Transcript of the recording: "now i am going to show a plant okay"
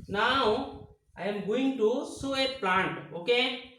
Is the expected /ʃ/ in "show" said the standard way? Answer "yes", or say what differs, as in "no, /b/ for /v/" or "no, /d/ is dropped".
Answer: no, /s/ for /ʃ/